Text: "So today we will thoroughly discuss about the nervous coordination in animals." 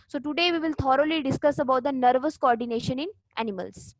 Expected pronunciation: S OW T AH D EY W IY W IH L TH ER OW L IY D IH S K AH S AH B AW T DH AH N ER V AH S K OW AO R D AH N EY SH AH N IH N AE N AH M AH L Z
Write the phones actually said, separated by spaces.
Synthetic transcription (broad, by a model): S OW T AH D EY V IY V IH L T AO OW L IY D IH S K AH S AH B AW T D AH N ER V AH S K OW AO R D AH N EY SH AH N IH N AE N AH M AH L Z